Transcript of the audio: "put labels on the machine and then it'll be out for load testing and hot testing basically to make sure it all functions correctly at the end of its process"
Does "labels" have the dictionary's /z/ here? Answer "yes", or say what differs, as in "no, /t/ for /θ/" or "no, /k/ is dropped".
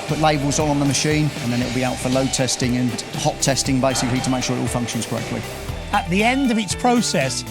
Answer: yes